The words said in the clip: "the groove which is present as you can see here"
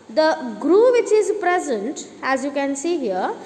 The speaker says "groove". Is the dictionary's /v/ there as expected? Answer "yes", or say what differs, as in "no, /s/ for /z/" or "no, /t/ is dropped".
yes